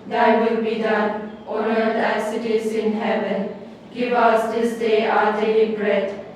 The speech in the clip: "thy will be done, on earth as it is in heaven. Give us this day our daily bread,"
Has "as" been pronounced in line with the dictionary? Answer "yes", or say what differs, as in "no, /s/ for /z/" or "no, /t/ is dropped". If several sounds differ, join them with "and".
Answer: no, /s/ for /z/